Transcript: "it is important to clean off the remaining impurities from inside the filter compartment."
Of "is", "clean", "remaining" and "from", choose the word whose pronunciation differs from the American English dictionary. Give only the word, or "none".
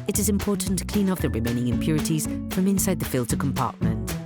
none